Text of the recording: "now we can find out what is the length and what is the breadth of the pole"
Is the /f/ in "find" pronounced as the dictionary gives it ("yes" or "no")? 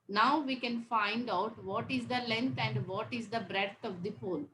yes